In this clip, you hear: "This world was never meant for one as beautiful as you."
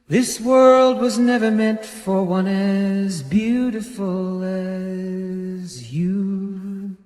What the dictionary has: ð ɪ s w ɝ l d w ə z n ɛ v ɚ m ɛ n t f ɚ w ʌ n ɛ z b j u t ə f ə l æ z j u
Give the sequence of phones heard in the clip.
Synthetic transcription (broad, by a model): ð ɪ s w ɝ l d w ə z n ɛ v ɚ m ɛ n t f ɚ w ʌ n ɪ z b j u t ə f ə l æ z j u